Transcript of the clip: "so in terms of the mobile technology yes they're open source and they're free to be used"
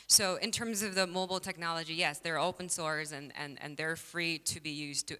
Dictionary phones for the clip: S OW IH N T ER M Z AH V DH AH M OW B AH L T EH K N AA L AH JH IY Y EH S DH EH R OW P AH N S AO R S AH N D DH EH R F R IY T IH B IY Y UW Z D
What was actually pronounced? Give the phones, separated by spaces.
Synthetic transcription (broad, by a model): S OW IH N T ER M Z AH V DH AH M OW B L T EH K N AA L AH JH IY Y EH S DH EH R OW P AH N S AO R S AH N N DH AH R F R IY T IH B IY Y UW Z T